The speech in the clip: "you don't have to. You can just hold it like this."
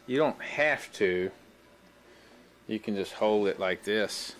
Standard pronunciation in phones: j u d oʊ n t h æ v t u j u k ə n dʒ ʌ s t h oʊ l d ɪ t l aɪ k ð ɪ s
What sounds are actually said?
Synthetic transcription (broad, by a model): j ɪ d oʊ n t h æ f t u j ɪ k ə n dʒ ʌ s t h oʊ l d ɪ t l aɪ k ð ɪ s